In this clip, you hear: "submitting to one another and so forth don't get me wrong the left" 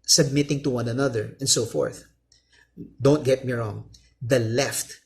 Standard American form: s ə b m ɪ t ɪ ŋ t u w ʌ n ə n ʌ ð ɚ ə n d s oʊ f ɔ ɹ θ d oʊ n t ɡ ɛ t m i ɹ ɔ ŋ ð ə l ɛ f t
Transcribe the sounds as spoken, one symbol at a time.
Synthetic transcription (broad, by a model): s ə b m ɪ t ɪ ŋ t u w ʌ n ə n ʌ ð ɚ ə n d s oʊ f ɔ ɹ θ d oʊ n t ɡ ɛ t m i ɹ ɔ ŋ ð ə l ɛ f t